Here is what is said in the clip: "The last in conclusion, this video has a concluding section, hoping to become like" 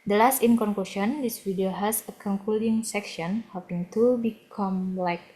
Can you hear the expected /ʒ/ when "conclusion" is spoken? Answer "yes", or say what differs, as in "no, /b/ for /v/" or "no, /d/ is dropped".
no, /ʃ/ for /ʒ/